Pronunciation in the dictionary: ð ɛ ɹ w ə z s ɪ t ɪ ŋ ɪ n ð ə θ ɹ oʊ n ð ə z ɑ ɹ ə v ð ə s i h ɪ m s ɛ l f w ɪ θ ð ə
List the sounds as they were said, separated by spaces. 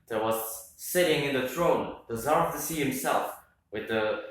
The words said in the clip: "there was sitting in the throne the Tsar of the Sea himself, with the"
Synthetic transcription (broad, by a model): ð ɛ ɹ w ə z s ɪ t ɪ ŋ ɪ n ð ə θ ɹ oʊ n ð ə z ɑ ɹ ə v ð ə s i h ɪ m s ɛ l f w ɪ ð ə